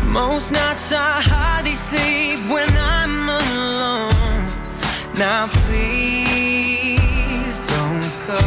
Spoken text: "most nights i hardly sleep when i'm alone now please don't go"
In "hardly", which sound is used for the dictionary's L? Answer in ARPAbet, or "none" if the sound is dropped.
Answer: none